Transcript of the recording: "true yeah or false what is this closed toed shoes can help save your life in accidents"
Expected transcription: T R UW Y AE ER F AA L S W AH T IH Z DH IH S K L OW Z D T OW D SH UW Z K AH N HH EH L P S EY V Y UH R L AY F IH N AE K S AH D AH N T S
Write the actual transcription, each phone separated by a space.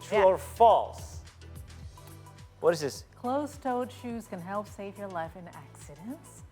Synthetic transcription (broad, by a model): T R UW ER F AA L S W AH T IH Z DH IH S K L OW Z T OW D SH UW Z K AH N HH EH L P S EY V Y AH R L AY F IH N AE K S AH D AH N T S